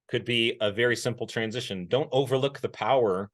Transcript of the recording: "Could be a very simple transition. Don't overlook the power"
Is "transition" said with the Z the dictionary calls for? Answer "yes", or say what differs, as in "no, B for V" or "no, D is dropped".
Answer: yes